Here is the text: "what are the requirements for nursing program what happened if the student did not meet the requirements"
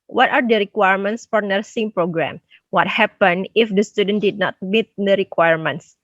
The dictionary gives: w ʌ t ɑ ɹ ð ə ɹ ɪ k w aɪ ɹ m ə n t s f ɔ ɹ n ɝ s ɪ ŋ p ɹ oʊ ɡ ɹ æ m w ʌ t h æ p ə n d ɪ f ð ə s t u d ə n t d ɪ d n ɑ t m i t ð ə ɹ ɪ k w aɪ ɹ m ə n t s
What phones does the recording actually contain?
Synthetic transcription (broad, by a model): w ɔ t ɑ ɹ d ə ɹ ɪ k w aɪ ɹ m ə n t s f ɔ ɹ n ɝ s ɪ ŋ p ɹ oʊ ɡ ɹ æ m w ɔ t h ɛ p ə n ɪ f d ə s t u d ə n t d ɪ d n ɑ t m i t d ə ɹ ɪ k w aɪ ɹ m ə n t s